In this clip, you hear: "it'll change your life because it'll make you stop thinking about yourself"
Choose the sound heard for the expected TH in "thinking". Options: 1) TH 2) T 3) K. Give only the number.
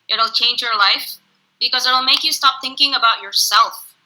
1